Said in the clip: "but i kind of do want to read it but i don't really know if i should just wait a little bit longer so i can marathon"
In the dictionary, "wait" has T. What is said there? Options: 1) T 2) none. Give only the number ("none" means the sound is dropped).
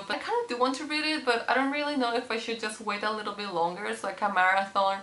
1